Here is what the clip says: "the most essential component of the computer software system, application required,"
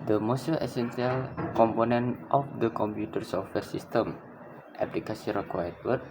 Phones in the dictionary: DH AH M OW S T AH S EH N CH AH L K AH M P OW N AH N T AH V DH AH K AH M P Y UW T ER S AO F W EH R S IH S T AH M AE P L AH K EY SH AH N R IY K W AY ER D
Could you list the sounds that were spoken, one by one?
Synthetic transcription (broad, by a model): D AH M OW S T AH S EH N S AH L K AH M P OW N AH N T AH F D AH K AH M P Y UW T ER S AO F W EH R S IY S T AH M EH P L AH K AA S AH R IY K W AY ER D